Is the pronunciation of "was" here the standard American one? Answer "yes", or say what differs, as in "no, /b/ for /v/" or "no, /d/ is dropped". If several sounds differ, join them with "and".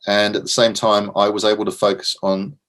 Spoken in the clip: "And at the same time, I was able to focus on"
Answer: yes